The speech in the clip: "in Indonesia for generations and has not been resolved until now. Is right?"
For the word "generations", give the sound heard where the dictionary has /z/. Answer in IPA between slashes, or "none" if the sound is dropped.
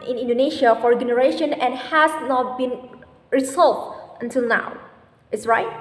none